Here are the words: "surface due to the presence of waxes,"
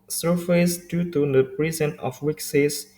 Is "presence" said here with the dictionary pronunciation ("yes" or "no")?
no